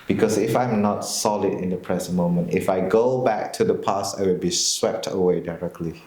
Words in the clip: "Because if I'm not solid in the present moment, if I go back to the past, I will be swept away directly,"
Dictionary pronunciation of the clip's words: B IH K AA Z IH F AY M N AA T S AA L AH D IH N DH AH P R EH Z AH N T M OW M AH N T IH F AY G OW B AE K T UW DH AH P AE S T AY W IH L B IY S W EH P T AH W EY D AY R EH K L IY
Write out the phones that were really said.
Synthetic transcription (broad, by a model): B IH K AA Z IH F AY M N AA T S AA L AH D IH N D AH P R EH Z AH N M OW M AH N T IH F AY G OW B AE K T UW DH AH P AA S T AY W IH L B IY S W EH P T AH W EY D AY R EH K L IY